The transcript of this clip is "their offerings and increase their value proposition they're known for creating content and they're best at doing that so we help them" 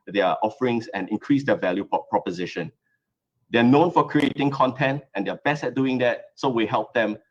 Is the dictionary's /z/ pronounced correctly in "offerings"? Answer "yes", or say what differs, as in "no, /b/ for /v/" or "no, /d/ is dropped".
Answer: no, /s/ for /z/